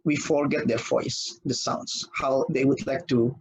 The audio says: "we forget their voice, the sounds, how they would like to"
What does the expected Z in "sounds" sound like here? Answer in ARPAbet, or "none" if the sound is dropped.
S